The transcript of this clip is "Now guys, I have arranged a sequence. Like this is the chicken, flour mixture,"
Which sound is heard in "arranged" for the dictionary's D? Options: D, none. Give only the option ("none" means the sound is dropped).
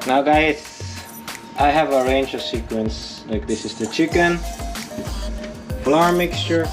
none